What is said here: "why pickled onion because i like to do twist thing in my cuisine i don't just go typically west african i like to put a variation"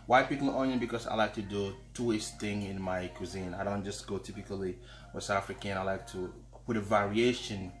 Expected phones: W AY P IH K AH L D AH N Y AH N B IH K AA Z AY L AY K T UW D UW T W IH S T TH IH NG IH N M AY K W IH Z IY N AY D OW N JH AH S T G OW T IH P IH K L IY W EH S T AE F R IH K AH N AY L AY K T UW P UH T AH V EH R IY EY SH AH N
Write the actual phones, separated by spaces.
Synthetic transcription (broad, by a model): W AY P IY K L AO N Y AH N B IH K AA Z AY L AY K T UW D UW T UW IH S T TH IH NG IH N M AY K W IH Z IY N AY D OW N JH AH S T G OW T IH P IH K L IY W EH S AA F R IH K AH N AY L AY K T UW P UH T AH V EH R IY EY SH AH N